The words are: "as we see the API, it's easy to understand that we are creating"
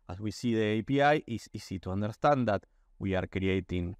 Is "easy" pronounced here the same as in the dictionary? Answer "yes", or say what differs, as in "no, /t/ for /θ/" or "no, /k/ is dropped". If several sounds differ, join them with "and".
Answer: no, /s/ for /z/